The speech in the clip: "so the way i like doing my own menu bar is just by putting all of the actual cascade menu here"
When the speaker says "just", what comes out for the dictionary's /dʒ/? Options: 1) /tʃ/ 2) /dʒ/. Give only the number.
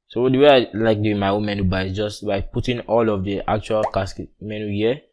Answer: 2